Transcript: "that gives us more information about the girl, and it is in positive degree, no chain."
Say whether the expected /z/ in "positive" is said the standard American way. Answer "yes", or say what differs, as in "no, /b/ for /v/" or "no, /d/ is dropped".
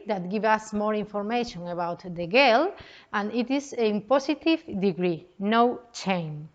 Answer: no, /s/ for /z/